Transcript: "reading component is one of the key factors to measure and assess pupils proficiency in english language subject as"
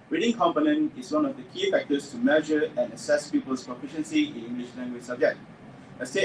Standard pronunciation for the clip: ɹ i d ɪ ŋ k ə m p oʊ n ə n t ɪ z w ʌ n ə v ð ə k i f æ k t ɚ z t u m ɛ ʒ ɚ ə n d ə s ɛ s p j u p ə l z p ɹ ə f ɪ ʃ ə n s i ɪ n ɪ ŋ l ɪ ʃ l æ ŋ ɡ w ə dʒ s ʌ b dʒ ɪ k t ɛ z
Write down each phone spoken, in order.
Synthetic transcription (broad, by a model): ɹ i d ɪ ŋ k ə m p oʊ n ə n t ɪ s w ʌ n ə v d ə k i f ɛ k t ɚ s t u m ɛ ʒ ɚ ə n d ə s ɛ s p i p ə l s p ɹ ə f ɪ ʃ ə n s i ɪ n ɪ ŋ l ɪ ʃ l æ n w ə s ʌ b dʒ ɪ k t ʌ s